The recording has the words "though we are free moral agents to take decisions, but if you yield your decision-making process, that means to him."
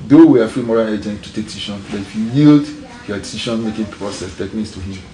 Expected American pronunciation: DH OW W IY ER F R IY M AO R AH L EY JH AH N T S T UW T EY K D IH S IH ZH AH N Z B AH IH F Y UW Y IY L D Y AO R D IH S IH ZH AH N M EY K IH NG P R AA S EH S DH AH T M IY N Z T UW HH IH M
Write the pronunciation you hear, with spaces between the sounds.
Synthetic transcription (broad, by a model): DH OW W IY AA F R IY M AO R AH L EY JH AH N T T UW T EY K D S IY SH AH N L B IH F Y UW Y IY L D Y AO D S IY SH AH N M EY K IH NG P R AA S EH S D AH T M IY N S T UW HH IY M